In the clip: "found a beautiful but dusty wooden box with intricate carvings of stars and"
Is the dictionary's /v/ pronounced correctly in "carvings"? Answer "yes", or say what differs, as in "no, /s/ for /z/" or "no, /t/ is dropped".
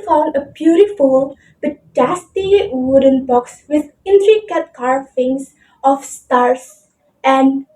no, /f/ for /v/